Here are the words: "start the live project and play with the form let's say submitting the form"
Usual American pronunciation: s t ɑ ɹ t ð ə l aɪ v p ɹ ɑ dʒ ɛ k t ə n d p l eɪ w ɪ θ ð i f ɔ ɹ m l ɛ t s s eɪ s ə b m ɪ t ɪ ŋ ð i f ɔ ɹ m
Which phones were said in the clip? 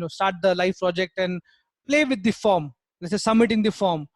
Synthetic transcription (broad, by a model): s t ɑ ɹ t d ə l aɪ f p ɹ ɑ dʒ ɛ k t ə n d p l eɪ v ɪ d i f ɔ ɹ m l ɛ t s s eɪ s ə b m ɪ t ɪ ŋ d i f ɔ ɹ m